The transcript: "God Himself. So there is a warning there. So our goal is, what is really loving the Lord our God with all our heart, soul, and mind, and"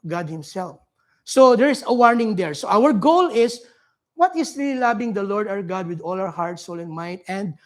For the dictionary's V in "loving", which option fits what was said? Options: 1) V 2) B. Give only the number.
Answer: 2